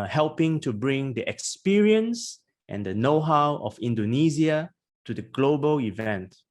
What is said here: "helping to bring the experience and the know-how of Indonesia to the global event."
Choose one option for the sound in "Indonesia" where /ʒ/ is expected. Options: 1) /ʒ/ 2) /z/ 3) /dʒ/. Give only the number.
2